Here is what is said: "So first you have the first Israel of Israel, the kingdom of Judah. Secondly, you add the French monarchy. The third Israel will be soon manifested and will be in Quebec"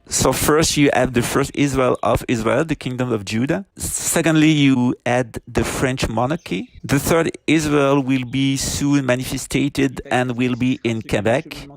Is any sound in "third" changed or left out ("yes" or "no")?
no